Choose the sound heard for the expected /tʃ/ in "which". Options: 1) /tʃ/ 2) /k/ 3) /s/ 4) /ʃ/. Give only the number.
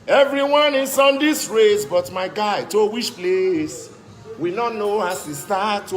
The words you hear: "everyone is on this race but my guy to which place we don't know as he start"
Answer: 4